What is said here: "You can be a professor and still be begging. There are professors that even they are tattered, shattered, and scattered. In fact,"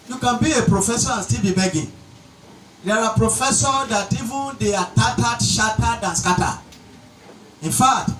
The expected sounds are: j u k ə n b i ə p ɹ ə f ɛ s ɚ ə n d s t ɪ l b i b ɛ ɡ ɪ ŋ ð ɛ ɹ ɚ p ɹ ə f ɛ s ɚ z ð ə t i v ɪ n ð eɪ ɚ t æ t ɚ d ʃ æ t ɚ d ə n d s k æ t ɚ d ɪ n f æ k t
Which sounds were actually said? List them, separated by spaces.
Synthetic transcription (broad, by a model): j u k ə n b i ə p ɹ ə f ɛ s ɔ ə n s t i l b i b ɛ ɡ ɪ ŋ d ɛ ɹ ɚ p ɹ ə f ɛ s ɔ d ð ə t i v ɪ n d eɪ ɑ t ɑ t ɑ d ʃ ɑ t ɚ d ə n s k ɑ t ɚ ɪ n f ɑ k t